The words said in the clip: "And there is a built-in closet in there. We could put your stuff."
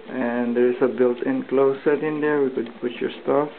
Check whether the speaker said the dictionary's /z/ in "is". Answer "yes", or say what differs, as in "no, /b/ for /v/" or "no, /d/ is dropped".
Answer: no, /s/ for /z/